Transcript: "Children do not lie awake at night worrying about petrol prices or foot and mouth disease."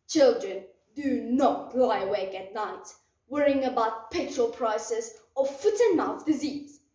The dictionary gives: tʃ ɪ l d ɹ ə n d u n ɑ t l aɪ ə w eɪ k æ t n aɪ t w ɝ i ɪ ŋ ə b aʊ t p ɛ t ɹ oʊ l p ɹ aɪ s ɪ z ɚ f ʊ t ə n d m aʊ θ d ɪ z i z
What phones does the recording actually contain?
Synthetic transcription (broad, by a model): tʃ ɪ l d ɹ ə n d u n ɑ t l aɪ ə w eɪ k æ t n aɪ t w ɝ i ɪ ŋ ə b aʊ t p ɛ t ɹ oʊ l p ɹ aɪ s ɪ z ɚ f ʊ t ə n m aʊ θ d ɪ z i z